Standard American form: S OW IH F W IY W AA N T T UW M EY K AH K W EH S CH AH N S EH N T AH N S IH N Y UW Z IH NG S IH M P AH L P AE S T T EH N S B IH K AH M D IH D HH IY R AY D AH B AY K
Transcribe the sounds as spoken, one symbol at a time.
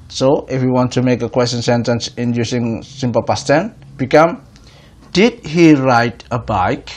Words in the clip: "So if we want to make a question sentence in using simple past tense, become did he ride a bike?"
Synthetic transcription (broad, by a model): S OW IH F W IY W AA N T T UW M EY K AH K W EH S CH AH N S EH N T AH N S IH N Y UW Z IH NG S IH M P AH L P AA S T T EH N B IH K AH M D IH D HH IY R AY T AH B AY K